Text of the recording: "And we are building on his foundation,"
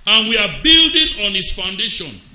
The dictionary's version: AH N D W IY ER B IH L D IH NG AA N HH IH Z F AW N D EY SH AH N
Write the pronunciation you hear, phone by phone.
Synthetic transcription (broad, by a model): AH N W IY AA B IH L D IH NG AA N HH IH S F AW N D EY SH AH N